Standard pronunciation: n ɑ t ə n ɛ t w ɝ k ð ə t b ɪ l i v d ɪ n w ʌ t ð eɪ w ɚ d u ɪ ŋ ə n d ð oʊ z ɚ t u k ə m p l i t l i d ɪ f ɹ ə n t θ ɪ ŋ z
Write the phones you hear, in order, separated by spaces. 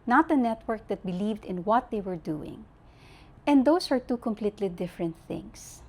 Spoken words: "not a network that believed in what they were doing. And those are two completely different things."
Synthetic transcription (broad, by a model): n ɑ t ə n ɛ t w ɝ k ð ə t b ɪ l i v d ɪ n w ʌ t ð eɪ w ɚ d u ɪ ŋ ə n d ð oʊ s ɚ t u k ə m p l i t l i d ɪ f ɹ ə n t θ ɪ ŋ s